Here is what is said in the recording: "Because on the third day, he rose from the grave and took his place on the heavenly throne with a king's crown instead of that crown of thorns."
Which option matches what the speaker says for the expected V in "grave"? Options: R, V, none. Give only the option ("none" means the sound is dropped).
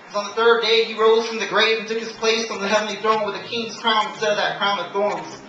none